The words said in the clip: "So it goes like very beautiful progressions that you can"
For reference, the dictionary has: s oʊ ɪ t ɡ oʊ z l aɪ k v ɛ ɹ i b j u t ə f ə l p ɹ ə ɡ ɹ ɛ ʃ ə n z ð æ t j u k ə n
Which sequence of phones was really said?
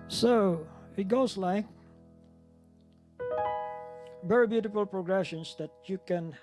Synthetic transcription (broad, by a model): s oʊ ɪ t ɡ oʊ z l aɪ k b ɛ ɹ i b j u t ə f ə l p ɹ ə ɡ ɹ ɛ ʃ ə n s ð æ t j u k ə n